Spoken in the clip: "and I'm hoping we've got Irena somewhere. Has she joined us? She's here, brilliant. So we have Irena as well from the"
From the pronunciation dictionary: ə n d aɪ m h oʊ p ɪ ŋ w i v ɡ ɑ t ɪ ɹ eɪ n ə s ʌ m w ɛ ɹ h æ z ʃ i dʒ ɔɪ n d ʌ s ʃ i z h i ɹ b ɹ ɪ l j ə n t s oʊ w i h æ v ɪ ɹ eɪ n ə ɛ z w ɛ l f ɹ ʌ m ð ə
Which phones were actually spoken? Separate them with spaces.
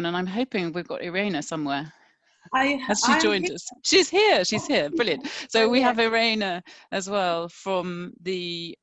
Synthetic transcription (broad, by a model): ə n aɪ m h oʊ p ɪ ŋ w i v ɡ ɑ t ɪ ɹ eɪ n ə s ʌ m w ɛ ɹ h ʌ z ʃ i dʒ ɔɪ n d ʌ s ʃ i z h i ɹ b ɹ ɪ l j ə n t s oʊ w i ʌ v ɪ ɹ eɪ n ə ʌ z w ɛ l f ɹ ʌ m ð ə